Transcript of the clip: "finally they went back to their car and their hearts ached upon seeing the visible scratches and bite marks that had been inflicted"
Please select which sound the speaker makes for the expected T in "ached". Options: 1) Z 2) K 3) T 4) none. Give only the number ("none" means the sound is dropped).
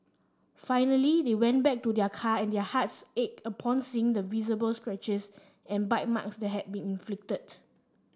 4